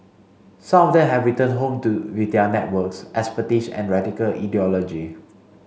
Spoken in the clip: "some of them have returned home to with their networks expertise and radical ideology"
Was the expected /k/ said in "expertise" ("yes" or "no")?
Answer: no